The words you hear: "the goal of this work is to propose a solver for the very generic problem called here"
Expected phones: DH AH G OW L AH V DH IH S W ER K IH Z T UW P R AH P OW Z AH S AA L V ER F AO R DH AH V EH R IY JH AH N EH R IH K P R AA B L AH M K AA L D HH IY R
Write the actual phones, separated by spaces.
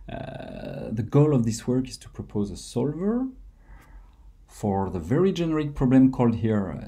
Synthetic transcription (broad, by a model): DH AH G OW L AH V DH IH S W ER K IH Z T UW P R AH P OW Z AH S AA L V ER F AO R DH AH V EH R IY JH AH N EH R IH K P R AA B L AH M K AA L D HH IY R